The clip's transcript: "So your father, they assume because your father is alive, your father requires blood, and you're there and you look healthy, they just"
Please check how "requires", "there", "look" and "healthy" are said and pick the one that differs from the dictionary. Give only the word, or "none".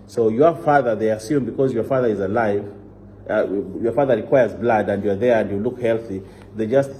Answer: none